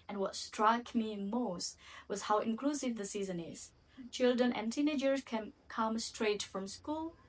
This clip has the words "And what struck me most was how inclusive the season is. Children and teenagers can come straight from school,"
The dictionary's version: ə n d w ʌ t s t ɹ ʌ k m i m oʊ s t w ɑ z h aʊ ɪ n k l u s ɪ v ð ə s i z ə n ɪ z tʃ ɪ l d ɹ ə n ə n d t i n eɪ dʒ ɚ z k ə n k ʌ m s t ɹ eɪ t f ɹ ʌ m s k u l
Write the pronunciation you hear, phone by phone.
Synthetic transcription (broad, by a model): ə n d w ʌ t s t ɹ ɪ k m i m oʊ s t w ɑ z h aʊ ɪ n k l u s ɪ v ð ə s i z ə n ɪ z tʃ ɪ l d ɹ ə n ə n t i n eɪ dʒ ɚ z k ə n k ʌ m s t ɹ eɪ t f ɹ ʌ m s k u l